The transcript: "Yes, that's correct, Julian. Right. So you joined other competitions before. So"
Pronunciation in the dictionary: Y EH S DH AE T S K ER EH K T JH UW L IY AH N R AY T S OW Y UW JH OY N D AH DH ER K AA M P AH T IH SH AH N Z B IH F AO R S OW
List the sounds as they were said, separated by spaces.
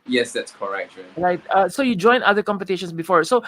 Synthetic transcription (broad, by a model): Y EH S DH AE T S K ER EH K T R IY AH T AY S OW Y UW JH OY N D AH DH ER K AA M P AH T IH SH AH N S B IH F AO R S OW